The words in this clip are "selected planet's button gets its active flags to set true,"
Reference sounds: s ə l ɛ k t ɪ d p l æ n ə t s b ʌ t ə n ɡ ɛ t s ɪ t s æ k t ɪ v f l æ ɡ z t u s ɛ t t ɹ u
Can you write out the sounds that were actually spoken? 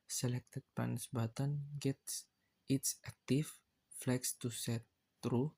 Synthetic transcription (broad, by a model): s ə l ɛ k t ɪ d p ɑ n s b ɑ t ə n ɡ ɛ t s ɪ t s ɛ k t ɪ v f l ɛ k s t u s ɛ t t ɹ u